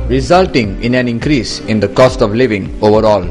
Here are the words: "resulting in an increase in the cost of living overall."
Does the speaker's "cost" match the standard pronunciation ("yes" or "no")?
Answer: yes